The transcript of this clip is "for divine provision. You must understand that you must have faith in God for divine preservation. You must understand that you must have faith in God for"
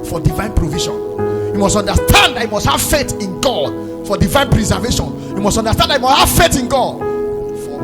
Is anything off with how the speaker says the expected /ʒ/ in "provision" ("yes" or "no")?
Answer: yes